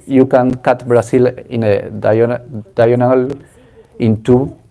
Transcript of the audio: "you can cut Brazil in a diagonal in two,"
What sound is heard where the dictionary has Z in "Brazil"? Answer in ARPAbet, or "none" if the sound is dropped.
S